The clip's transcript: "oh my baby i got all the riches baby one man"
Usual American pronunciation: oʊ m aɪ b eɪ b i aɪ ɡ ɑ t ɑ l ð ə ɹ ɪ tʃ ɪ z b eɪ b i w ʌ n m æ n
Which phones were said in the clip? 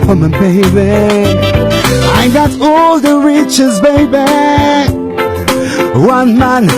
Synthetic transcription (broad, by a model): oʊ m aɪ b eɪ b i aɪ ɡ ɑ t ɑ l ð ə ɹ ɪ tʃ ɪ z b eɪ b i w ʌ n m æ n